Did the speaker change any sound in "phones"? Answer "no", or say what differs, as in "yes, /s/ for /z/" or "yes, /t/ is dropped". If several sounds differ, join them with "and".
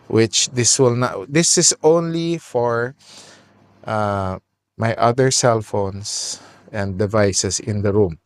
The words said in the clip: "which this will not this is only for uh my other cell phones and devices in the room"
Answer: yes, /s/ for /z/